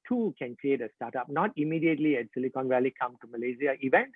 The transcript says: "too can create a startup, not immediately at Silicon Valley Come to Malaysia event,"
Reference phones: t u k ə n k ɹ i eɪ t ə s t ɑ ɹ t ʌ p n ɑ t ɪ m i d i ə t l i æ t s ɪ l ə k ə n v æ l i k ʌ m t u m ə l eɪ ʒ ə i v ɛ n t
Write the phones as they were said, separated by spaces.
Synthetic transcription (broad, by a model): t u k ə n k ɹ i eɪ t ə s t ɑ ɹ t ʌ p n ɑ t ɪ m i d i ə t l i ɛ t s ɪ l ə k ə n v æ l i k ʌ m t u m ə l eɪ z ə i v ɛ n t